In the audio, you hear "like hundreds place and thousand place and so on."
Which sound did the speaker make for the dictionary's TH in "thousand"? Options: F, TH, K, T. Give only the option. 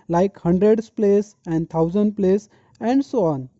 T